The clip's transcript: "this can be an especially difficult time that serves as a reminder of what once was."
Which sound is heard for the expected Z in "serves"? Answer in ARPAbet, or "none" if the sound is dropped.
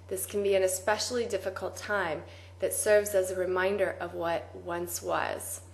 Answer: Z